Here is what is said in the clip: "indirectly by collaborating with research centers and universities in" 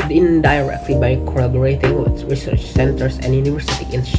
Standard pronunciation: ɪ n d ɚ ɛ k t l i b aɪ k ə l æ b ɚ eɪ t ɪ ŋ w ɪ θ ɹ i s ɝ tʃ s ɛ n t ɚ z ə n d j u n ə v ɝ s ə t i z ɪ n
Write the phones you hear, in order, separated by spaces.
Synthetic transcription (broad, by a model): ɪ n d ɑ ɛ k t l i b aɪ k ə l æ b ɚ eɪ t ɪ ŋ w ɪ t ɹ i s ɝ tʃ s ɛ n t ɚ s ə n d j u n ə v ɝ s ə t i ɪ n